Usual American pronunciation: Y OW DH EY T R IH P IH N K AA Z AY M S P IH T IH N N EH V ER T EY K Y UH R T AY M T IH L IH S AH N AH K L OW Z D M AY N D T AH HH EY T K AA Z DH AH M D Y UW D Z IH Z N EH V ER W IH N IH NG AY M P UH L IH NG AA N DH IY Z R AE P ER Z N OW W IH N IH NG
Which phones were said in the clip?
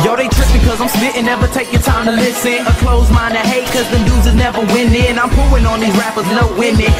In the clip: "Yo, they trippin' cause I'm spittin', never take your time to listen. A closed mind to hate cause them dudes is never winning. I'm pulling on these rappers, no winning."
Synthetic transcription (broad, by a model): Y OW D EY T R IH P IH K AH Z AY M S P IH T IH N N EH V ER T EY K Y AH R T AY M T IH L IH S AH AH K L OW Z M AY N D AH HH EY T K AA Z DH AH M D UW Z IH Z N EH V ER W IH N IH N AY M P UH L IH NG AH N DH IY Z R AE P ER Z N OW W IH N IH